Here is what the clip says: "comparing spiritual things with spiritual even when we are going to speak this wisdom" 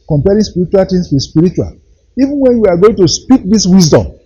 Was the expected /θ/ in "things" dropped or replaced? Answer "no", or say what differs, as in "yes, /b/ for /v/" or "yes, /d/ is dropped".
yes, /t/ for /θ/